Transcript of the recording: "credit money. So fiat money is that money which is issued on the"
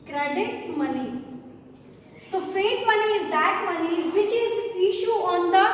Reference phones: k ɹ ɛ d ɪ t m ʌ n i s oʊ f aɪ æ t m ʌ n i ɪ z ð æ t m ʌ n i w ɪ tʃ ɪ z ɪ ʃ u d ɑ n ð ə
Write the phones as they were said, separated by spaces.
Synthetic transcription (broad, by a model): k ɹ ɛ d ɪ t m ʌ n i s oʊ f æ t m ʌ n i ɪ z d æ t m ʌ n i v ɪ tʃ ɪ z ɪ ʃ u ɑ n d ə